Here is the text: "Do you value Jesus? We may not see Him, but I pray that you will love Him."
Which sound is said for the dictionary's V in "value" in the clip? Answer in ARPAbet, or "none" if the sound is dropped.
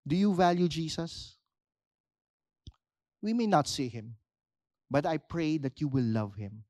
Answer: V